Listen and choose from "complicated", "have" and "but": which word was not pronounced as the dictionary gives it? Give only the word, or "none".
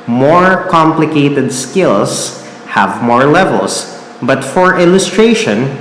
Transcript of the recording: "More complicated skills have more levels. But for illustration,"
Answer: none